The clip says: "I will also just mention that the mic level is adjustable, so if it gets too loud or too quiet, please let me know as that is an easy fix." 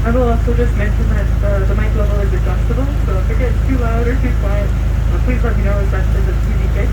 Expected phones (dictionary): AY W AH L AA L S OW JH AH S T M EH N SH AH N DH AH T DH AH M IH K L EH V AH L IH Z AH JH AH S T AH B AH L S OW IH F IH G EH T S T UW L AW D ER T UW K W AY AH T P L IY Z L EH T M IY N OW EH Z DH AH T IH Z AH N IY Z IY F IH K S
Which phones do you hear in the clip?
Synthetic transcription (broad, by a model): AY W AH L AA S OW JH AH S T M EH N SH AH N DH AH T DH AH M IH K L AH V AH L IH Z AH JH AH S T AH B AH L S OW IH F IH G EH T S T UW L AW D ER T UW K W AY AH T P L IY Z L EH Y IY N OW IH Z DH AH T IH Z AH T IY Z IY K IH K